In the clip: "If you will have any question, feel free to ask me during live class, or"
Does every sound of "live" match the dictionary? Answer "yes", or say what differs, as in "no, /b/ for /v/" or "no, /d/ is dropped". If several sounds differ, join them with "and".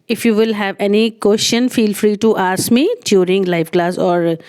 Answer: no, /f/ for /v/